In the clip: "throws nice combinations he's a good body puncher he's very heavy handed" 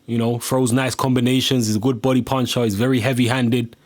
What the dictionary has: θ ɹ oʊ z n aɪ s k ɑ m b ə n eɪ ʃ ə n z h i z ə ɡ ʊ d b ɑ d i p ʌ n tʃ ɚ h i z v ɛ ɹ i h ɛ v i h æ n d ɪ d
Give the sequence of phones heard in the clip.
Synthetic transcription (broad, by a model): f ɹ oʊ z n aɪ s k ɑ m b ə n eɪ ʃ ə n z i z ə ɡ ʊ d b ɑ d i p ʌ n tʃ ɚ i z v ɛ ɹ i h ɛ v i h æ n d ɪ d